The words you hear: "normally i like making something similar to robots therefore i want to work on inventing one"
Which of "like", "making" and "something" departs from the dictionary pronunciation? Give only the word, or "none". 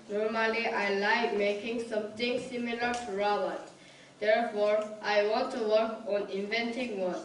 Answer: something